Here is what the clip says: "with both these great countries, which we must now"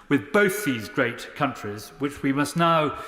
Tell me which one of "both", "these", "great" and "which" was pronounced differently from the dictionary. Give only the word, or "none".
none